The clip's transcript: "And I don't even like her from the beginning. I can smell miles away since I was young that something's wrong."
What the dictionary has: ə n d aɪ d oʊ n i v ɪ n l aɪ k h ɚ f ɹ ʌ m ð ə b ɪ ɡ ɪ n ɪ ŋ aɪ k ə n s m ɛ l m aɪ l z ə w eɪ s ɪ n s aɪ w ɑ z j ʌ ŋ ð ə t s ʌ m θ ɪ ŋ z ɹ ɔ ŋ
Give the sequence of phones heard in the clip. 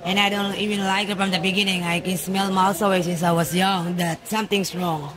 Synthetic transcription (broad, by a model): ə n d aɪ d oʊ n i v ɪ n l aɪ k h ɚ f ɹ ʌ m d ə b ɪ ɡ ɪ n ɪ ŋ aɪ k ə n s m ɛ l m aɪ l s ə w eɪ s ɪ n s aɪ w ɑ s j ʌ ŋ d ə t s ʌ m t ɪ ŋ s ɹ ɔ ŋ